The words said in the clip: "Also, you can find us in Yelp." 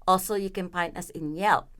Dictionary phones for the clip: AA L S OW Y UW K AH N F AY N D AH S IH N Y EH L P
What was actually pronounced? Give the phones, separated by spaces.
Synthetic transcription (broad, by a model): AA L S OW Y UW K AH N P AY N AH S IH N Y EH L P